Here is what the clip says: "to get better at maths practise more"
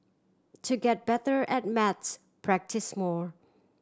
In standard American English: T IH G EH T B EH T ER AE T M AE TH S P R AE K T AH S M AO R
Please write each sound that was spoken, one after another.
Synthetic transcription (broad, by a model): T IH G EH T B EH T ER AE T M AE T S P R AE K T AH S M AO R